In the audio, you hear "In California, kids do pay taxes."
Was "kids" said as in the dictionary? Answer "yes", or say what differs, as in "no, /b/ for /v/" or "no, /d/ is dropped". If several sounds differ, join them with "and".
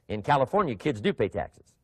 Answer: yes